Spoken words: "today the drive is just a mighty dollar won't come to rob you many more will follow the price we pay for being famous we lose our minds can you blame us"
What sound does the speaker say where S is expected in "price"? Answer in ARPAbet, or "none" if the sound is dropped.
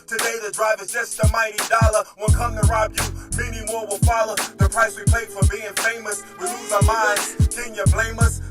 S